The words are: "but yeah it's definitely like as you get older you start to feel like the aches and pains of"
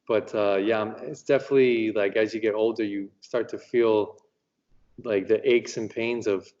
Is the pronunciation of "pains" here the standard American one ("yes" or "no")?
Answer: yes